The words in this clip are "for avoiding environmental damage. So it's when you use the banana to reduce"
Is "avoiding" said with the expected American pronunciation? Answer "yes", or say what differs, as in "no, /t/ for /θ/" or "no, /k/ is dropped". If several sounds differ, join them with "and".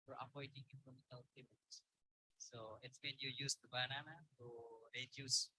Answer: no, /p/ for /v/